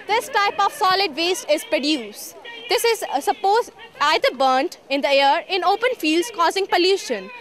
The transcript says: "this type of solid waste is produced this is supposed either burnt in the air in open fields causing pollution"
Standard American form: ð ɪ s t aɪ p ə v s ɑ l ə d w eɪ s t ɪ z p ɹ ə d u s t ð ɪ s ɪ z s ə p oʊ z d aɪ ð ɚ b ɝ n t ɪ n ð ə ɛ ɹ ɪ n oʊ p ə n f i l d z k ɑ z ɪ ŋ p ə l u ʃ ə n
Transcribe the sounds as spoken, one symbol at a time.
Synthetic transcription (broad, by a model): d ɪ s t aɪ p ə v s ɑ l ə d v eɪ s t ɪ z p ɹ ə d u s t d ɪ s ɪ z s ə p oʊ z aɪ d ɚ b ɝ n t ɪ n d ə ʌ ɹ ɪ n oʊ p ə n f i l d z k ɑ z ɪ ŋ p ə l u ʃ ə n